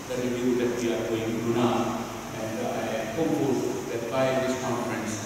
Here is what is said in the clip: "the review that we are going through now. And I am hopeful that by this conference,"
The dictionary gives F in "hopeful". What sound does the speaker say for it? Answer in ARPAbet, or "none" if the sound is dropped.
none